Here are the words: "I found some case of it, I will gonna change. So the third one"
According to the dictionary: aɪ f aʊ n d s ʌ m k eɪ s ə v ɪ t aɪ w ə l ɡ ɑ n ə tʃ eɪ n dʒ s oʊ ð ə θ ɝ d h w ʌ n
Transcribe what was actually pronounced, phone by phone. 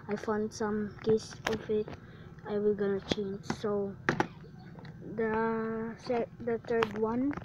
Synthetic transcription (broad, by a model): aɪ f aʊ n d s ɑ m k eɪ s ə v ɪ t aɪ w ə l ɡ ɑ n ə tʃ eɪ n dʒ s oʊ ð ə s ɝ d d w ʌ n